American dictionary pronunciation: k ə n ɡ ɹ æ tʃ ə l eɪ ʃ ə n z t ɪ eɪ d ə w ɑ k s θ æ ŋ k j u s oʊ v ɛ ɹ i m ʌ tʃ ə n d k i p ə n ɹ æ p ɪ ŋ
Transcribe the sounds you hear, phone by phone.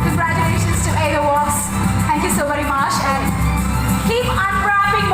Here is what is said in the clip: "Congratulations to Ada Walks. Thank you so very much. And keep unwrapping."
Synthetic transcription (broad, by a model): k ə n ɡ ɹ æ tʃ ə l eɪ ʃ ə n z t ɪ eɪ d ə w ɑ s θ æ ŋ k j u s oʊ v ɛ ɹ i m ʌ tʃ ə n k i p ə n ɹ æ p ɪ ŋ